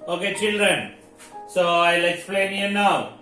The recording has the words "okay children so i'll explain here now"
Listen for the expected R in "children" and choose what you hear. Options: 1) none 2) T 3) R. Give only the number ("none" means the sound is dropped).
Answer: 3